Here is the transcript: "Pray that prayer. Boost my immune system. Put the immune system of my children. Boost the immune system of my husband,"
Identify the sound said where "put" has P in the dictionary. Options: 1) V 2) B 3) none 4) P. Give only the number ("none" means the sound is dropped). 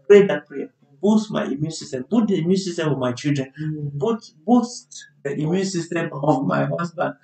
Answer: 2